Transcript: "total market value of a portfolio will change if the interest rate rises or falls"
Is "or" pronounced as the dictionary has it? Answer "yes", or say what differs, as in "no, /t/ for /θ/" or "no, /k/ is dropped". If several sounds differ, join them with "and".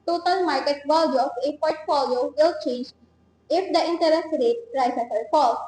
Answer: no, /l/ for /ɹ/